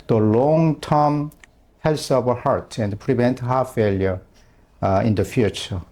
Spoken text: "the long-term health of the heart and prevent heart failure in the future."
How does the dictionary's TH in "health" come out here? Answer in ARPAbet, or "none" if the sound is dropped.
S